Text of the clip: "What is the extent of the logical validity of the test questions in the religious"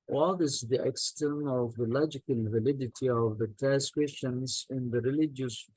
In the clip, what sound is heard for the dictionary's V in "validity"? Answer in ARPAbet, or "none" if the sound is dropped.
V